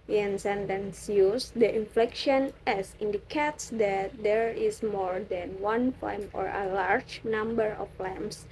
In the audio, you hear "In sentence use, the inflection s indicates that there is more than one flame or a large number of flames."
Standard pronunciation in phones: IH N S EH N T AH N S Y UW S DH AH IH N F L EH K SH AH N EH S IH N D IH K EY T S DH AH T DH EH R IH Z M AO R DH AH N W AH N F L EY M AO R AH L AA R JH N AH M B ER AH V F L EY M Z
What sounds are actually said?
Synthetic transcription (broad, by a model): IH N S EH N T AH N S Y UW S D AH IH N F L EH K SH AH N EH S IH N D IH K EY T S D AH T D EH R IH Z M AO R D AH N W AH N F EY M AO R AH L AA R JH N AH M B ER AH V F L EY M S